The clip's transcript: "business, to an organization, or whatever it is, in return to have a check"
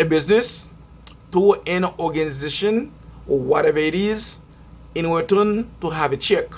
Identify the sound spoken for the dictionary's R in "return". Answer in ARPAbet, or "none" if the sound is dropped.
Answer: W